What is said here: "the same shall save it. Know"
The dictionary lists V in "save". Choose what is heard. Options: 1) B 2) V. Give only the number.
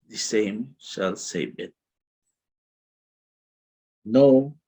1